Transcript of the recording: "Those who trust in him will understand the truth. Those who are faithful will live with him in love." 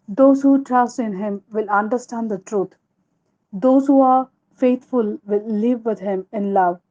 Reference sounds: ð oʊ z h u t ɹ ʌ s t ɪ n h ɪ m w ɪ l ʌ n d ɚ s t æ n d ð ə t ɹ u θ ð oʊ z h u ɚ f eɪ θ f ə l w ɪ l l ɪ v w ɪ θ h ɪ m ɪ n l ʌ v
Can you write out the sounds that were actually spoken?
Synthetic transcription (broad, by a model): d oʊ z h u t ɹ ʌ s t ɪ n h ɪ m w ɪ l ʌ n d ɚ s t æ n d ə t ɹ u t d oʊ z h u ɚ f eɪ t f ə l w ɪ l l ɪ v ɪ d h ɪ m ɪ n l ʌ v